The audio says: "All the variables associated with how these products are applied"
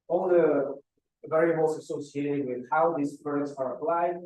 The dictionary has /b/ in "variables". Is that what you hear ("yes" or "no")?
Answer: no